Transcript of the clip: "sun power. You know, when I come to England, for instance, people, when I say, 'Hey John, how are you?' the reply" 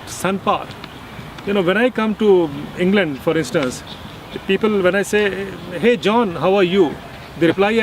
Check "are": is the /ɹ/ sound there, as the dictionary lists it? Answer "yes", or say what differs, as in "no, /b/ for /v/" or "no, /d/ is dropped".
yes